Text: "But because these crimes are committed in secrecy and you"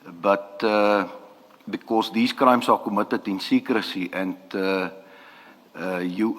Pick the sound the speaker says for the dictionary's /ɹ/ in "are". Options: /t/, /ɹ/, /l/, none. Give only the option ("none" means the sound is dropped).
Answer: /l/